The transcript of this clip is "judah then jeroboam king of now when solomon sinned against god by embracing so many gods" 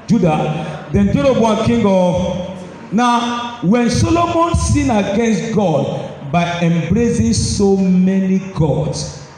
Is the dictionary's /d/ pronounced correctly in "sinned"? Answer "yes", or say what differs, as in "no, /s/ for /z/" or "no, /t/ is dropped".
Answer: no, /d/ is dropped